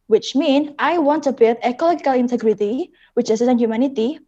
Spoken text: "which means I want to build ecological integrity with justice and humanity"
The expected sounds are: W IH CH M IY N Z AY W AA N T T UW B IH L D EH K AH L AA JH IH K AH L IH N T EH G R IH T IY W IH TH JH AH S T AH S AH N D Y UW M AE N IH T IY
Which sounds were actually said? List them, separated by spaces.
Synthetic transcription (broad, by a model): W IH CH M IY N AY W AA N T T UW B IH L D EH K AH L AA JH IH K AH L IH N T EH G R IH T IY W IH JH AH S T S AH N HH Y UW M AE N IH T IY